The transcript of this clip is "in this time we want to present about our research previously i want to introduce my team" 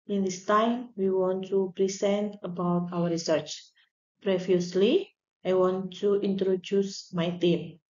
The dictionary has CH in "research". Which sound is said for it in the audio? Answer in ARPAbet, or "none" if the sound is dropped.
CH